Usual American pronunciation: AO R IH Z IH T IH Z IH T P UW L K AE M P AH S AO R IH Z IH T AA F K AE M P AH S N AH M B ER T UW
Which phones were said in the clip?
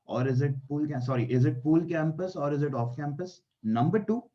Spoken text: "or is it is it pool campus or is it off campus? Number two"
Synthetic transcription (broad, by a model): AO R IH Z IH T IH Z IH T P UW L K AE M P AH S AO R IH Z IH T AA F K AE M P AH S N AH M B ER T UW